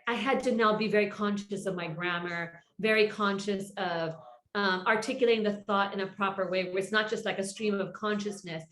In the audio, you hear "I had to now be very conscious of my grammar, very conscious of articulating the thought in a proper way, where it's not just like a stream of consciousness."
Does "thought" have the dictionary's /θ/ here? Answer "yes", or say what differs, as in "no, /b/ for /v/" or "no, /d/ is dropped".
yes